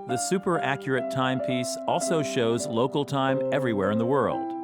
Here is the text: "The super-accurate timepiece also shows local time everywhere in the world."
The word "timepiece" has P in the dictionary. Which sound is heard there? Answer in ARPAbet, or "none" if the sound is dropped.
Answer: P